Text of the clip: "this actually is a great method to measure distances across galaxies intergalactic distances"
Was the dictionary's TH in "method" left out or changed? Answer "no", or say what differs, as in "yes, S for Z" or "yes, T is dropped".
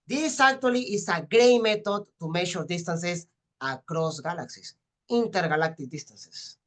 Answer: yes, T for TH